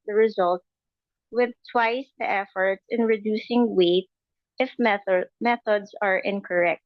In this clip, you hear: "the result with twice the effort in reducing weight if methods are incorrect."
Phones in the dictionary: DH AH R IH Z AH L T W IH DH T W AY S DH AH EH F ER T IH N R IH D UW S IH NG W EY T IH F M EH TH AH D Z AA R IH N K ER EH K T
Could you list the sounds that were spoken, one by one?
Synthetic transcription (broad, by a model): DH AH R IH Z AH L T W IH DH T W AY S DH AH EH F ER T IH N R IH D UW S IH NG W EY T IH F M EH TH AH D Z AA R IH N K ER EH K T